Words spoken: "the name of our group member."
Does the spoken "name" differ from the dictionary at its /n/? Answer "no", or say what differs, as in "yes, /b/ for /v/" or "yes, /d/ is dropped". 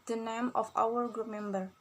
no